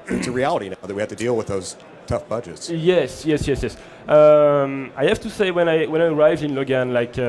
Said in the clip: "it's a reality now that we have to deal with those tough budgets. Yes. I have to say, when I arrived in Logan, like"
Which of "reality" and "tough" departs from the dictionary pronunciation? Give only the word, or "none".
none